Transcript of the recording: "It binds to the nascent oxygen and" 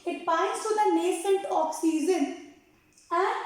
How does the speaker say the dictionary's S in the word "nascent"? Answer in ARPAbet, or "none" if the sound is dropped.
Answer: S